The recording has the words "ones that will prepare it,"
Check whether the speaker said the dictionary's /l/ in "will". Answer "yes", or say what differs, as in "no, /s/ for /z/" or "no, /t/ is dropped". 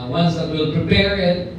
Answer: yes